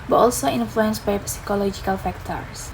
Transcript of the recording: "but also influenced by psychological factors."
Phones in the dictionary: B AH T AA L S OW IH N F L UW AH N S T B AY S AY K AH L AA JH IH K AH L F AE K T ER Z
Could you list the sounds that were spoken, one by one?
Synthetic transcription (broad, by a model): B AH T AA L S OW IH N F L UW AH N S T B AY S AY K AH L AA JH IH K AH L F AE K T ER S